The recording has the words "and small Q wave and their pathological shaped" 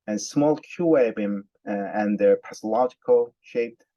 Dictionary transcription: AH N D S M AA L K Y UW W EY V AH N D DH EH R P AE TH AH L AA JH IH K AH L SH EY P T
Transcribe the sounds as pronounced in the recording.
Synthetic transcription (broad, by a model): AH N S M AA L K Y UW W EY B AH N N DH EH R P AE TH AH L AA JH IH K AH L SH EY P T